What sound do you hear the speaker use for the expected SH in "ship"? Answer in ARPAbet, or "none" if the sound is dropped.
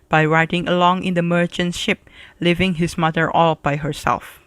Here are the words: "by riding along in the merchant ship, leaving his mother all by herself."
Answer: SH